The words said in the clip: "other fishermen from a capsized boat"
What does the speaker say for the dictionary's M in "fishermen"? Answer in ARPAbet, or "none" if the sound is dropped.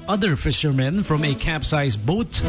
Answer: M